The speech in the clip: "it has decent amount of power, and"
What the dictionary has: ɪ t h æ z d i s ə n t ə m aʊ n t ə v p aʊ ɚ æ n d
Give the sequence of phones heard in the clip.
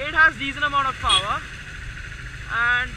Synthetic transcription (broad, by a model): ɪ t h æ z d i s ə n ə m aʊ n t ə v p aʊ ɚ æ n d